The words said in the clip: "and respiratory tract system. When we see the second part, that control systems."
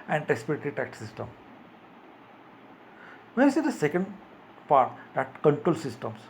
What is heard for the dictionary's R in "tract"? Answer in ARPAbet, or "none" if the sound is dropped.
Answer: none